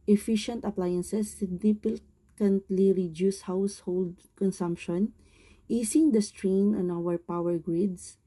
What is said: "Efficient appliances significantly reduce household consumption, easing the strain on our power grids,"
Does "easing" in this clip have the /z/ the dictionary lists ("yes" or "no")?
no